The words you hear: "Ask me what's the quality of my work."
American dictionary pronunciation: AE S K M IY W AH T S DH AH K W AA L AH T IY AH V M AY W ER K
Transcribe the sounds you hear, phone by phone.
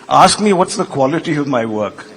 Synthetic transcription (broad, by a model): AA S K M IY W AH T S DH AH K W AA L AH T IY AH V M AY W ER K